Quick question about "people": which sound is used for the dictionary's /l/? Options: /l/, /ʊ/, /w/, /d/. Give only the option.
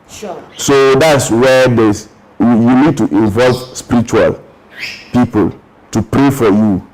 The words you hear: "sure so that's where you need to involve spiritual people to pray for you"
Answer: /l/